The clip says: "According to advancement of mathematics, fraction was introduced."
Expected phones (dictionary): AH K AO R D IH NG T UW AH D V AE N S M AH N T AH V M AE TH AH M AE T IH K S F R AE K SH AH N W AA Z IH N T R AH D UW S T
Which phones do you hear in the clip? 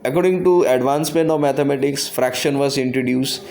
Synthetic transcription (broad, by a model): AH K AO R D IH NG T UW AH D V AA N S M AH N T AH V M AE T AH M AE T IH K S F R AE K SH AH N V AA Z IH N T R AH D UW S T